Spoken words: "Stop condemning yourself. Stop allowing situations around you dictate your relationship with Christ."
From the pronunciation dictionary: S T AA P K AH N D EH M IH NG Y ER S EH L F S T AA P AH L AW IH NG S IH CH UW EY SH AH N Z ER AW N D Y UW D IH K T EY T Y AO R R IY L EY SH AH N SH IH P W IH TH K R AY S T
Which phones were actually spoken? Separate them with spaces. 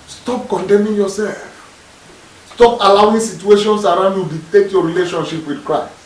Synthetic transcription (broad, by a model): S T AA P K AH N D EH M IH NG Y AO S EH L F S T AA P AH L AW IH NG S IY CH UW EY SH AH N S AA AW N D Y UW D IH T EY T Y AO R R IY L EY SH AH N SH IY P W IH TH K R AY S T